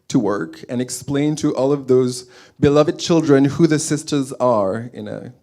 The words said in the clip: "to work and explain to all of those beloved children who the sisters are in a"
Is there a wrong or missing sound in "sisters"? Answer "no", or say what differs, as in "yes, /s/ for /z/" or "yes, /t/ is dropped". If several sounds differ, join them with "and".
no